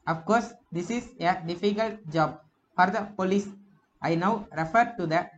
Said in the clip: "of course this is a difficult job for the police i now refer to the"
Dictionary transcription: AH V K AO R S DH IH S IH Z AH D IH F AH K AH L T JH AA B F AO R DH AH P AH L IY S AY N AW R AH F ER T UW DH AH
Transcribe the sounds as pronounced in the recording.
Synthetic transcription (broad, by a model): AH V K AO R S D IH S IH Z AH D IH F AH K AH L T JH AA B F AO R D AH P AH L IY S AY N AW R AH F ER T UW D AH